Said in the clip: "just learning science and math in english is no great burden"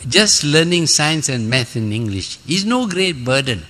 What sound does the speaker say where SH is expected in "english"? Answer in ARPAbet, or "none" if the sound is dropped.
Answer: SH